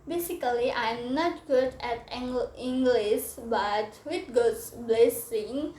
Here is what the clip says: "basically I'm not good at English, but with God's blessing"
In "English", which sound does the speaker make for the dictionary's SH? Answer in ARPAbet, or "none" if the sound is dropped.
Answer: S